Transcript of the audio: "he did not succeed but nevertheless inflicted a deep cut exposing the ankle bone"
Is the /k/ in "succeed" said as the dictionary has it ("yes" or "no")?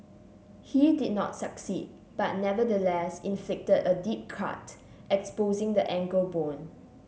yes